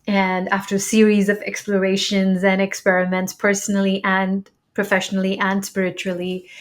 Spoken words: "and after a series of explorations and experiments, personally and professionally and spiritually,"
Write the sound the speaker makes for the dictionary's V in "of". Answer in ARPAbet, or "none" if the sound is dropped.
V